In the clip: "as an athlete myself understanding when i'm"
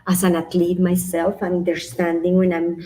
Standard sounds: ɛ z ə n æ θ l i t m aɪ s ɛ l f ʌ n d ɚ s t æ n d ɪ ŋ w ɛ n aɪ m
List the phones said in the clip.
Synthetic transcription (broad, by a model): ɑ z ə n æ t l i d m aɪ s ɛ l f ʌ n d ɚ s t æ n d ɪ ŋ w ɛ n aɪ m